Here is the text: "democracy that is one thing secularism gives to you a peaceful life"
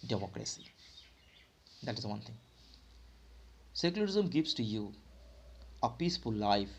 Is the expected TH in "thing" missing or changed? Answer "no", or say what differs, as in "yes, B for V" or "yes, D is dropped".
yes, T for TH